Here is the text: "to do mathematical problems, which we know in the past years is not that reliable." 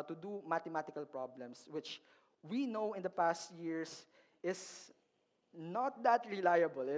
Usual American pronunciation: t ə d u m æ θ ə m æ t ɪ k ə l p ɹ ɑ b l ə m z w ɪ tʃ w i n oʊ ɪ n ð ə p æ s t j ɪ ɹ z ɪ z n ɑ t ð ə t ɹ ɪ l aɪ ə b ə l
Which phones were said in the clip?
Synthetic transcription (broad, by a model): t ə d u m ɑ t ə m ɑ t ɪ k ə l p ɹ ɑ b l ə m s w ɪ tʃ w i n oʊ ɪ n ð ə p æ s t j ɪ ɹ s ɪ s n ɑ t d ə t ɹ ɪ l aɪ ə b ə l